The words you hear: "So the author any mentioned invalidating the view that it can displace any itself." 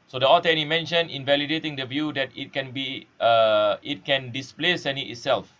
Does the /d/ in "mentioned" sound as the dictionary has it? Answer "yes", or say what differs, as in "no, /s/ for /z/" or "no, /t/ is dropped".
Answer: no, /d/ is dropped